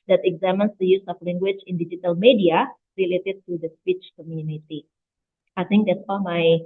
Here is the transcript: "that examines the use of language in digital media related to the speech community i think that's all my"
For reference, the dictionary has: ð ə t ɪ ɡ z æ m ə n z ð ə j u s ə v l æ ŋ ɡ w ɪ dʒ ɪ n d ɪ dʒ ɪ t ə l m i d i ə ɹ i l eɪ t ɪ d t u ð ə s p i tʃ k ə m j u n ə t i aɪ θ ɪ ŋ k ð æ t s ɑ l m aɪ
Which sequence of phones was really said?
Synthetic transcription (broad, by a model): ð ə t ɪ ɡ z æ m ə n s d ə j u s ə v l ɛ ŋ ɡ w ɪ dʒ ɪ n d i dʒ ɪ t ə l m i d i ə ɹ i l eɪ t ɪ d t u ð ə s p i tʃ k ə m j u n ə t i aɪ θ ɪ ŋ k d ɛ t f ɑ l m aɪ